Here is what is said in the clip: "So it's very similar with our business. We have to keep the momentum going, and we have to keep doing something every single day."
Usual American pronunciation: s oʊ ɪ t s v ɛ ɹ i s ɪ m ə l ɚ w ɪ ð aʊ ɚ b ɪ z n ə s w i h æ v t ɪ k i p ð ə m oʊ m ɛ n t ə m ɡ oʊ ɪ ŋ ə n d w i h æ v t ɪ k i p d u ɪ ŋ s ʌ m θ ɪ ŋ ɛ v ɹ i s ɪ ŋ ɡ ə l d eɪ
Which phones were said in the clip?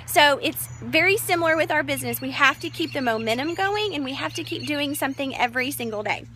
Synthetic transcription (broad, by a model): s oʊ ɪ t s v ɛ ɹ i s ɪ m l ɚ w ɪ ð aʊ ɚ b ɪ z n ə s w i h æ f t ɪ k i p ð ə m oʊ m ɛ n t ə m ɡ oʊ ɪ ŋ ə n w i h æ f t ɪ k i p d u ɪ ŋ s ʌ m θ ɪ ŋ ɛ v ɹ i s ɪ ŋ ɡ l d eɪ